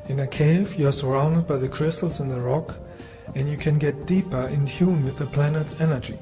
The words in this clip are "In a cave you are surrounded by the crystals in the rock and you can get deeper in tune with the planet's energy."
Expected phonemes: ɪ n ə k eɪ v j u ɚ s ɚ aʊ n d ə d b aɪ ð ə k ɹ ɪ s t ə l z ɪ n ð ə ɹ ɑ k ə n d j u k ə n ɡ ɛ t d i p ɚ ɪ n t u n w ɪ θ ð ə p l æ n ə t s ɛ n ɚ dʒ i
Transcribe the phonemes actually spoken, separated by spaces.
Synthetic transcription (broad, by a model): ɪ n ə k eɪ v j ɚ s ɚ aʊ n d ə d b aɪ ð ə k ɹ ɪ s t l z ɪ n ð ə ɹ ɑ k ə n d j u k ə n ɡ ɛ t d i p ɚ ɪ n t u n w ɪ ð ə p l æ n ə t s ɛ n ɚ dʒ i